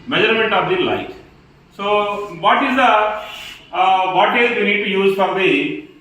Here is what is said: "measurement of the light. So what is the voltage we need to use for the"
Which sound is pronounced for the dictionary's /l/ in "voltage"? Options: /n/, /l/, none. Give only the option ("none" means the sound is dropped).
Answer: none